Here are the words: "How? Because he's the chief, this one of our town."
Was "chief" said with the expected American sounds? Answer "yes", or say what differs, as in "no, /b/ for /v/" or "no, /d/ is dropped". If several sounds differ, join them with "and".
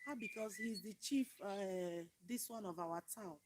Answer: yes